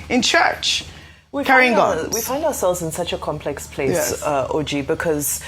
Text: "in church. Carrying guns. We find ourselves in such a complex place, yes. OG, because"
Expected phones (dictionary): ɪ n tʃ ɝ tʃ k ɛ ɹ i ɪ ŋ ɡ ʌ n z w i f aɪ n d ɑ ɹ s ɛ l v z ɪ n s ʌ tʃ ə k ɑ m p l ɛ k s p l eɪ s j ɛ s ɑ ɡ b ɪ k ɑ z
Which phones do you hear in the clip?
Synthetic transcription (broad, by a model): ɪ n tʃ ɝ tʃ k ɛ ɹ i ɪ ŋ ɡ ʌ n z w i f aɪ n d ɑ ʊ s ɛ l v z ɪ n s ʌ tʃ ə k ɑ m p l ɛ k s p l eɪ s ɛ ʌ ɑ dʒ b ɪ k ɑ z